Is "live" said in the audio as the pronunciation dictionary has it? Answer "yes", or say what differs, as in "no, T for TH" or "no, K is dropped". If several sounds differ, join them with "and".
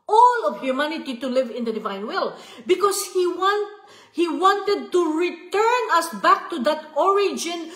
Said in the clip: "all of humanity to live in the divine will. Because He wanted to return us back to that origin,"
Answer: yes